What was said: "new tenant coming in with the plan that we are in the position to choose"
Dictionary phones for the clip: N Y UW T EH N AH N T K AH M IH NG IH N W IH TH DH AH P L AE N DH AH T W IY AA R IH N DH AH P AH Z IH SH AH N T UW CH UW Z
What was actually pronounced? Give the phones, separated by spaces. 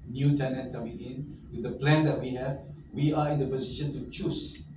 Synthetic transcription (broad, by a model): N Y UW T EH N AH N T K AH M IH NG IH N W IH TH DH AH P L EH N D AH T W IY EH W IH N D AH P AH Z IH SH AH N T UW CH UW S